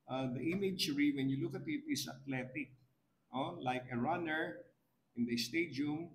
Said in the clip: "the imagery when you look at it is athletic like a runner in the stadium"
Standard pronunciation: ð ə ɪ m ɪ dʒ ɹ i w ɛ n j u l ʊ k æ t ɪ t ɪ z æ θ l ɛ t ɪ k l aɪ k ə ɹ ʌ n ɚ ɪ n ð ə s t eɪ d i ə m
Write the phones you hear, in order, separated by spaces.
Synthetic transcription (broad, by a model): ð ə ɪ m ɪ dʒ ɹ i w ɛ n j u l ʊ k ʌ t ɪ t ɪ s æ t l ɛ t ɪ k l aɪ k ə ɹ ʌ n ɚ ɪ n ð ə s t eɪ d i m